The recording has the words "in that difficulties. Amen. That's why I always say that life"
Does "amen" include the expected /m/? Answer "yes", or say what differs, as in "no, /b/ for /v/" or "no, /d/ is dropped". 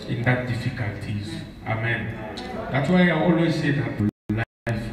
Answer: yes